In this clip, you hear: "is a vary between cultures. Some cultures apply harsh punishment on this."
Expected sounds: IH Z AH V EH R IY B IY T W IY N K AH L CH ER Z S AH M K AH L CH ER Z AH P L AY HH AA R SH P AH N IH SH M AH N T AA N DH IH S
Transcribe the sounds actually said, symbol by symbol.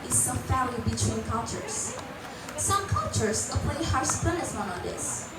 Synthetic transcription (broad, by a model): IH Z AH F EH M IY B IY T W IY N K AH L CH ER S S AH M K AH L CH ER S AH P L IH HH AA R S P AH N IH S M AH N AA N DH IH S